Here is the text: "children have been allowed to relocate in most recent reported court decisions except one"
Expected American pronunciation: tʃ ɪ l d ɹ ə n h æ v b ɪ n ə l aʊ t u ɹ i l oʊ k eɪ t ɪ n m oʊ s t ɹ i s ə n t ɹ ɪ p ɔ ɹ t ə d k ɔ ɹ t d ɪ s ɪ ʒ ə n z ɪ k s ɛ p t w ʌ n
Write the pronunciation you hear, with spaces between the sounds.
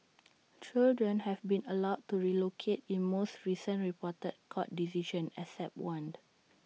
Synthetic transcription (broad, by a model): tʃ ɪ l d ɹ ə n h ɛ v b ɪ n ə l aʊ t u ɹ i l oʊ k eɪ t ɪ n m oʊ s t ɹ i s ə n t ɹ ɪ p ɔ t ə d k ɔ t d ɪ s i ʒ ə n ɪ s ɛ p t w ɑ n